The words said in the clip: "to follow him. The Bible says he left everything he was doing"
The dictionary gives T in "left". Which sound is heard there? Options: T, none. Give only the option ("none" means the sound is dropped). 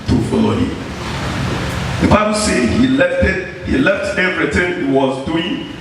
T